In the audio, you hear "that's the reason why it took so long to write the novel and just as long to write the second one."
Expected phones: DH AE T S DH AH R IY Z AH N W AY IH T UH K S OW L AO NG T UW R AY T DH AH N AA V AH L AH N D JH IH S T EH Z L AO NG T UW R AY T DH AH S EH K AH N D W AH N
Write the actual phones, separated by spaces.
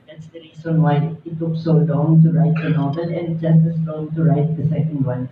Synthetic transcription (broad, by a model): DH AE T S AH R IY S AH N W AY IH T UH K S OW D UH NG T UW R AY T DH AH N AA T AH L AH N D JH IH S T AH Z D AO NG T UW R AY T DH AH S EH K AH N D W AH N